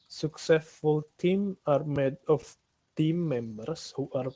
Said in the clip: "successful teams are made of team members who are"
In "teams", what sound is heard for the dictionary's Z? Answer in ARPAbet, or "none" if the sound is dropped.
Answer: none